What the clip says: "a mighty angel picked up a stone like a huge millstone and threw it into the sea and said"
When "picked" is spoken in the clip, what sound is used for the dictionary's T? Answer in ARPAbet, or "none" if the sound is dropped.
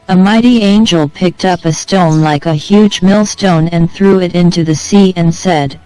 T